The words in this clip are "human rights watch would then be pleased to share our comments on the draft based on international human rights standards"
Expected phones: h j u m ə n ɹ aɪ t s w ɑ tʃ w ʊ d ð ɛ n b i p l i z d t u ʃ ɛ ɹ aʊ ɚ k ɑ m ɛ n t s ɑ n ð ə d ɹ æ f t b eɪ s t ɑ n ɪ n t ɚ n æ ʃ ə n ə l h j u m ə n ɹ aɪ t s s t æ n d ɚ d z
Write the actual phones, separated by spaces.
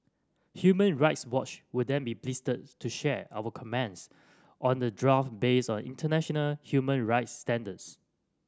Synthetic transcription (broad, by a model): h j u m ə n ɹ aɪ t s w ɑ tʃ w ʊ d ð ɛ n b i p l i s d t u ʃ ɛ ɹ aʊ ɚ k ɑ m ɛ n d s ɑ n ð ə d ɹ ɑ f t b eɪ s ɑ n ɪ n t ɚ n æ ʃ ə n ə l h j u m ə n ɹ aɪ t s s t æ n d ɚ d s